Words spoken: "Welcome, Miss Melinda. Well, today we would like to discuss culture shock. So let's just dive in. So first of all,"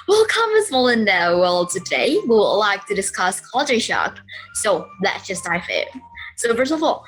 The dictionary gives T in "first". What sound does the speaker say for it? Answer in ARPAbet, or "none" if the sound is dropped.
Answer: none